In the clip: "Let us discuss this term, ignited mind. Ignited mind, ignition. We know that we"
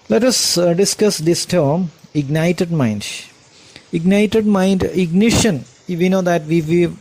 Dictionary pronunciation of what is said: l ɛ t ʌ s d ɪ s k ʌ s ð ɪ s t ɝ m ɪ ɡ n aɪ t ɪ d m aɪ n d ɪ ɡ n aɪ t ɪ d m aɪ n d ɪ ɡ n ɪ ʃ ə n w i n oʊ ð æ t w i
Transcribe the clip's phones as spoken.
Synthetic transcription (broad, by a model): l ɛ t ʌ s d ɪ s k ʌ s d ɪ s t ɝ m ɪ ɡ n aɪ t ɪ d m aɪ n d ɪ ɡ n aɪ t ɪ d m aɪ n d ɪ ɡ n ɪ ʃ ə n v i n oʊ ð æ t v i